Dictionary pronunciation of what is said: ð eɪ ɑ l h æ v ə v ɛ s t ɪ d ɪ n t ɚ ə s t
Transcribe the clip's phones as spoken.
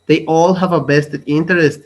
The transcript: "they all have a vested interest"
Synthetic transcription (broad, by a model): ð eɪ ɑ l h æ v ə b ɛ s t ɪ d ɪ n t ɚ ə s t